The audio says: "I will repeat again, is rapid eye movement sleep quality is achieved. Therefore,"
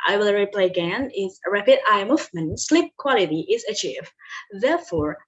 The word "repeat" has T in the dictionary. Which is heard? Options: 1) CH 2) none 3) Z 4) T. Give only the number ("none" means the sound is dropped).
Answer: 2